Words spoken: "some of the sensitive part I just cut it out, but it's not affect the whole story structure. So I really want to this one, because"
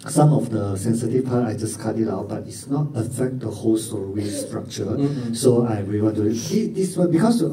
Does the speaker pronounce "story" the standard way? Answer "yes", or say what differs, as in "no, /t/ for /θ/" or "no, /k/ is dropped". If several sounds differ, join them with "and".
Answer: no, /w/ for /ɹ/